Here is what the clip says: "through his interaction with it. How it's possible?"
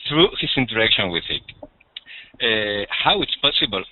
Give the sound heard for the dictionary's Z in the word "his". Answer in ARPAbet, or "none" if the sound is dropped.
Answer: S